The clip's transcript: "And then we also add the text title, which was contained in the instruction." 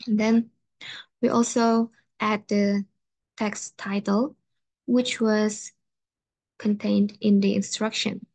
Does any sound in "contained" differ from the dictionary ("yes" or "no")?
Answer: no